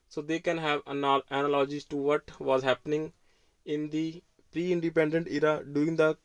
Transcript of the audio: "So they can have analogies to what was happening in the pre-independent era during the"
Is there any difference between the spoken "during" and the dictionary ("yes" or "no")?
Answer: yes